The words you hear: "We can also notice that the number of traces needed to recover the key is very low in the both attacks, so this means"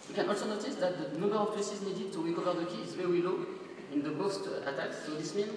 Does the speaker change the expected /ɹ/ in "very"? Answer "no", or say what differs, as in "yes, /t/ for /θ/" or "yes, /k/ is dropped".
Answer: yes, /w/ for /ɹ/